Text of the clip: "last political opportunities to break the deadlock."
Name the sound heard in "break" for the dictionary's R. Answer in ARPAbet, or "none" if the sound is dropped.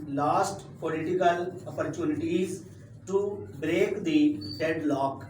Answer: R